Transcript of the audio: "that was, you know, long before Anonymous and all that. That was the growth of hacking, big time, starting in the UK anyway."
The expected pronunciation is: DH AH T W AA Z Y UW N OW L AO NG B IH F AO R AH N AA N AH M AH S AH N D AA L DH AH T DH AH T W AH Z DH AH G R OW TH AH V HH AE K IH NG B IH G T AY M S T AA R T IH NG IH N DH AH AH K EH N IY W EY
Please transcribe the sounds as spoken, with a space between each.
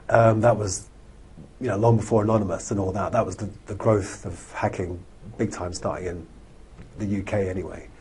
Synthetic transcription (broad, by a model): DH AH T W AA Z Y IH N OW L AO NG B IH F AO R AH N AA N AH M AH S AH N AA L DH AH T DH AH T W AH Z DH AH G R OW TH AH V HH AE K IH NG B IH G T AY M S T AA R T IH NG IH N DH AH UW K EH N IY W EY